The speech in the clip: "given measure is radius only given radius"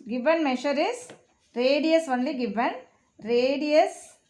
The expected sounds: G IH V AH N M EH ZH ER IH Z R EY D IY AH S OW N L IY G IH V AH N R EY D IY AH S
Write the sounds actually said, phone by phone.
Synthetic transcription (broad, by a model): G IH V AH N M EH SH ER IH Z R EY D IY AH S OW N L IY G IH V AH N R EY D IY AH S